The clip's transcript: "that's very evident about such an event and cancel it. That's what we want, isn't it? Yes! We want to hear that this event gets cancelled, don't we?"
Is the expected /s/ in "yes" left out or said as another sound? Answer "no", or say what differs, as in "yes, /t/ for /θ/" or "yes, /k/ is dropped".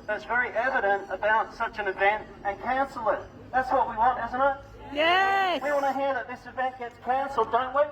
yes, /s/ is dropped